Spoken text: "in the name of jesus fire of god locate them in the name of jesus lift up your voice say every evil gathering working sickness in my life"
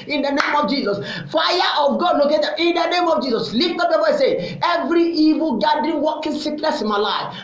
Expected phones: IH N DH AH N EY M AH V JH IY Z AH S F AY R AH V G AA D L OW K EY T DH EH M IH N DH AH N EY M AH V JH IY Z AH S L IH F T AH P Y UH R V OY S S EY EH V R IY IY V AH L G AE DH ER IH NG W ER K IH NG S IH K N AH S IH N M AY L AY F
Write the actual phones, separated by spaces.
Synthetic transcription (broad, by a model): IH N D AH N EY M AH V JH IY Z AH S F AY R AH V G AA D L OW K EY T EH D IH N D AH N EY M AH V JH IY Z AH S L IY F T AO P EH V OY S S EY EH V R IY IY V AH L G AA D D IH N W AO K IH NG S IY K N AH S IH N M AY L AY F